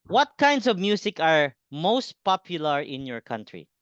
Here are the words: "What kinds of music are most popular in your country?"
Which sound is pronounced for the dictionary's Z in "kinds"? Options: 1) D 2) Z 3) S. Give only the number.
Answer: 3